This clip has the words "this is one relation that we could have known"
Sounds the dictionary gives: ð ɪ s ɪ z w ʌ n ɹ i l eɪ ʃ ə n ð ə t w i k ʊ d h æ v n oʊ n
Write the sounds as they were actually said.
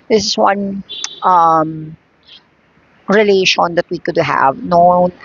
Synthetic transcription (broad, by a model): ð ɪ s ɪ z w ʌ n ɹ i l eɪ ʃ ə n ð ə t w i k ʊ d h æ v n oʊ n